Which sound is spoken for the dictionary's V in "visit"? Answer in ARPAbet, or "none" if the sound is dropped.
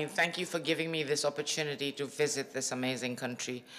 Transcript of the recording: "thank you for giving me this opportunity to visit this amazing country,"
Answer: V